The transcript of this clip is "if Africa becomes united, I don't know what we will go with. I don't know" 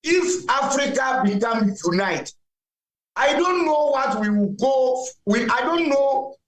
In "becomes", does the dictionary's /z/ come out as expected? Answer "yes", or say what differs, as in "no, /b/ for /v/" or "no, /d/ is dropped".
no, /z/ is dropped